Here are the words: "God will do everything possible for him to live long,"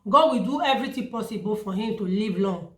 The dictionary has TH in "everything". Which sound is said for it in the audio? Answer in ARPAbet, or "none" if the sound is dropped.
T